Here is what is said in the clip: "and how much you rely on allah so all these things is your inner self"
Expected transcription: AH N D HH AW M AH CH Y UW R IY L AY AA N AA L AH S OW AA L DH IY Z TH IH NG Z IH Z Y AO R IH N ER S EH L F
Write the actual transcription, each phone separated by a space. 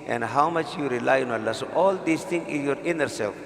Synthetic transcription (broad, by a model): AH N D HH AW M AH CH Y UW R IY L AY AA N AA L AH S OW AA L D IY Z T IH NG IH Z Y AO R IH N ER S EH L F